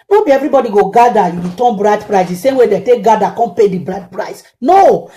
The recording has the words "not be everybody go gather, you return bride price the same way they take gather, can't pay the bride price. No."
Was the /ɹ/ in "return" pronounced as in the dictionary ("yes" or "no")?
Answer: no